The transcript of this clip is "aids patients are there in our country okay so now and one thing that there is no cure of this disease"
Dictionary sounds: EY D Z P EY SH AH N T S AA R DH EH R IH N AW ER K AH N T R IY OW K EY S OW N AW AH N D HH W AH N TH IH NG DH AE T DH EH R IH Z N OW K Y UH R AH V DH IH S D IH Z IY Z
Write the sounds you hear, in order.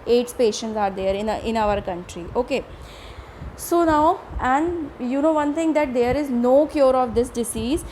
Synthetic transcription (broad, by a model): EY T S P EY SH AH N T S AA R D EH R IH N AW ER K AH N T R IY OW K EY S OW N AW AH N D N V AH N T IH NG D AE T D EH R IH Z N OW K Y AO R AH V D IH S D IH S IY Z